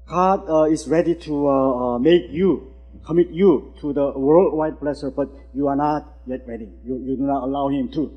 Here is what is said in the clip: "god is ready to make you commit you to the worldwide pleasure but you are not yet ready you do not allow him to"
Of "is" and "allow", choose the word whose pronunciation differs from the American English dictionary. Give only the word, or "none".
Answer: is